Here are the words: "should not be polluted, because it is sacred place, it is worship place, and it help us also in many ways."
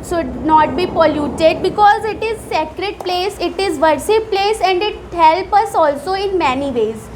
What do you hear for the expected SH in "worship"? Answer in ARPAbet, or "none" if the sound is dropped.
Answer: S